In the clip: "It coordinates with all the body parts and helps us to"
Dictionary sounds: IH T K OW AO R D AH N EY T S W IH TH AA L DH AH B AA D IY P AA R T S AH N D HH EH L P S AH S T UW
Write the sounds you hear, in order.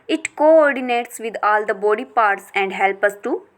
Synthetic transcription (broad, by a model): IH T K OW AO R D AH N EY T S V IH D AA L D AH B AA D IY P AA R T S AH N D HH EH L P AH S T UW